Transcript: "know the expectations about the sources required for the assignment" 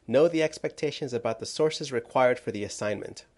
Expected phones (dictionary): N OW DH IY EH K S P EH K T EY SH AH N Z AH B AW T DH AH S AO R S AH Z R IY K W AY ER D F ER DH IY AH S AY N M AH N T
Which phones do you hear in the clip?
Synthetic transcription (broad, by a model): N OW DH IY EH K S P EH K T EY SH AH N Z AH B AW T DH AH S AO R S AH Z R IY K W AY ER D F ER DH IY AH S AY N M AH N T